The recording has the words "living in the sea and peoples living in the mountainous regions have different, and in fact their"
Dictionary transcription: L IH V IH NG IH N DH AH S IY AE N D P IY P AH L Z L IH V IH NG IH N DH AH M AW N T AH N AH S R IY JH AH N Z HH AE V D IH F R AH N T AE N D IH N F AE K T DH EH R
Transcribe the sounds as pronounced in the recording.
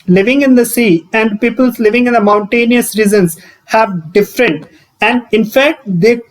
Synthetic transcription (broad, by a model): L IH V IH NG IH N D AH S IY AE N D P IY P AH L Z L IH V IH NG IH N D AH M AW N T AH N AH S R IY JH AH N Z HH AE V D IH F R AH N T AE N D IH N F AE K T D EH